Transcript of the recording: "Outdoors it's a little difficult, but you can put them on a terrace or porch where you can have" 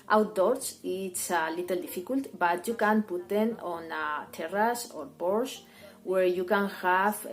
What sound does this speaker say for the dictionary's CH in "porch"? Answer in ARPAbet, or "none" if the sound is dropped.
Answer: S